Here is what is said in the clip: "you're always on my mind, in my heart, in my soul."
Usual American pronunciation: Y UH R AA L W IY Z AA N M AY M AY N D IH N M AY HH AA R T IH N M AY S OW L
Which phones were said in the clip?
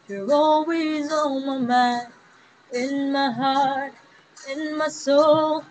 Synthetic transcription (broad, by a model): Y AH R AA L W IY Z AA M AY M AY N IH N M AY HH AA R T IH N M AY S OW L